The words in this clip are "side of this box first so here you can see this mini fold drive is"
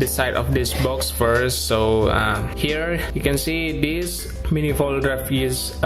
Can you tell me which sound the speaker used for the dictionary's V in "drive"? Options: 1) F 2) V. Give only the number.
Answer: 1